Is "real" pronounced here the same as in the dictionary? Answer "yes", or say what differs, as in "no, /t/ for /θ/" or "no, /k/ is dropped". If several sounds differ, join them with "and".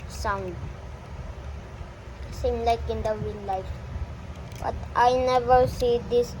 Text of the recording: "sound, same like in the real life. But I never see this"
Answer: no, /w/ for /ɹ/